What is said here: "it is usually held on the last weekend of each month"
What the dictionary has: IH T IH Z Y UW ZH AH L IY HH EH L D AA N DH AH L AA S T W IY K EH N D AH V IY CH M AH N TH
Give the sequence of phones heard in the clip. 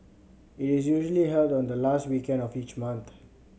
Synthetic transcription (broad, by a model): IH T IH Z Y UW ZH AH L IY HH EH L D AA N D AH L AA S T W IY K EH N D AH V IY CH M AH N T